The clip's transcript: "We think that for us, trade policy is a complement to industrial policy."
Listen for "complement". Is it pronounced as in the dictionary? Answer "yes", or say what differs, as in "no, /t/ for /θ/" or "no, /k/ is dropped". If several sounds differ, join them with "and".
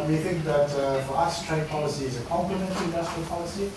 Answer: no, /l/ is dropped